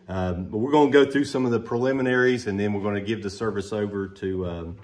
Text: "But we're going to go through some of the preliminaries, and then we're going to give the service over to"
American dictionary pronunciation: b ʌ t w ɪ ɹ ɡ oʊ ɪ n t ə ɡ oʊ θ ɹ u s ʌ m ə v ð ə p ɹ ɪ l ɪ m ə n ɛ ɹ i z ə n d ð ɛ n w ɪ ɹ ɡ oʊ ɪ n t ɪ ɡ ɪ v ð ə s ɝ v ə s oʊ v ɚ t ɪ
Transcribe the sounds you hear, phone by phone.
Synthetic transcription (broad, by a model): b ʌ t w ɪ ɹ ɡ oʊ ɪ n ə ɡ oʊ θ ɹ u s ʌ m ə v ð ə p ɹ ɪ l ɪ m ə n ɛ ɹ i z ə n ð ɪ n w ɪ ɹ ɡ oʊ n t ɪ ɡ ɪ v ð ə s ɝ v ə s oʊ v ɚ t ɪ